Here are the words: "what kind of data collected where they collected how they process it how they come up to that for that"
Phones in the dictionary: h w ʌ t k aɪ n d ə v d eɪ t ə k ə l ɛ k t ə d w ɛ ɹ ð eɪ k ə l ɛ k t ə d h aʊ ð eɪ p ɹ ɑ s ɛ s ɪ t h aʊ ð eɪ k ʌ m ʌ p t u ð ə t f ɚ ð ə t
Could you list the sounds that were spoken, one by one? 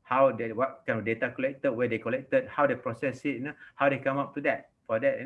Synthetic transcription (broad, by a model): h w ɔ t k aɪ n ə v d eɪ t ə k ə l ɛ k t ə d w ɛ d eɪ k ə l ɛ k t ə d h aʊ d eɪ p ɹ ɑ s ɛ s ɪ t h aʊ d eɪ k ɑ m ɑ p t u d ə t f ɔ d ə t